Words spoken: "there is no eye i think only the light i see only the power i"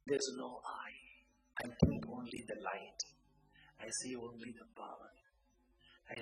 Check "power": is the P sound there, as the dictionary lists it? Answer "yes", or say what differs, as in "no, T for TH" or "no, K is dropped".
no, B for P